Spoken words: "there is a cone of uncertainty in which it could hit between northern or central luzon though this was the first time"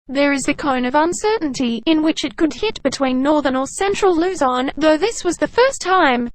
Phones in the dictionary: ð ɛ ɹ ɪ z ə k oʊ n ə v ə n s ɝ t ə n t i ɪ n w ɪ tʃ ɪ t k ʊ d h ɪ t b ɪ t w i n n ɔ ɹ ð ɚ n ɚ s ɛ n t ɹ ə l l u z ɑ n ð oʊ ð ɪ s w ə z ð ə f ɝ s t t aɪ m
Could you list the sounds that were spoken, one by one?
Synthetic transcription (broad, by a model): ð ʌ ɹ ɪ z ə k oʊ n ə v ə n s ɝ t n t i ɪ n w ɪ tʃ ɪ t k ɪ d h ɪ t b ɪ t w i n n ɔ ɹ ð ɚ n ɚ s ɛ n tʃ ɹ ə l l u z ɑ n ð oʊ ð ɪ s w ə z ð ə f ɝ s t t aɪ m